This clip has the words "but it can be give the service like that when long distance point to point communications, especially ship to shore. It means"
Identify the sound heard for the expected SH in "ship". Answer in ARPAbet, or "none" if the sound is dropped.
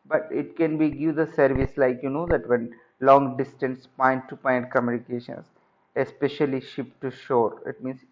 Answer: SH